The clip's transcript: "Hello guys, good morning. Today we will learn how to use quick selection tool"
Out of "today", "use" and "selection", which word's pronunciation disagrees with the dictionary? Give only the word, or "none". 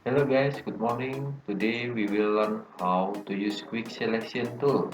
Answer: selection